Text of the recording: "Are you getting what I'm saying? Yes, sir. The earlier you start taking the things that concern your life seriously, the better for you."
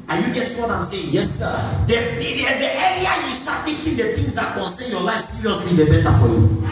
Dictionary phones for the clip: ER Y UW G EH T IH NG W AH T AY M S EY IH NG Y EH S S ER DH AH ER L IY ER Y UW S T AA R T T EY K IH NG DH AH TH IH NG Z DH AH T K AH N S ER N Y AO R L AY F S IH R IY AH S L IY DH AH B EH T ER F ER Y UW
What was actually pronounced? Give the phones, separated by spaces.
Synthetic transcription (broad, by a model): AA Y UW G EH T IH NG W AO T AY M S EY IH NG Y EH S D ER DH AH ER IY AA Y UW S T AA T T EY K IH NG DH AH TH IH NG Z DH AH T K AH N S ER N Y AO L AY F S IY R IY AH S L IY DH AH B EH T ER F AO Y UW